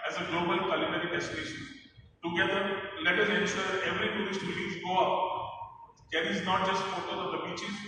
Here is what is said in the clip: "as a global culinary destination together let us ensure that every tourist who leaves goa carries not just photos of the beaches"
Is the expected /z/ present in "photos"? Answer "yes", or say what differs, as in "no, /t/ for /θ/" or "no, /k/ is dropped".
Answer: no, /z/ is dropped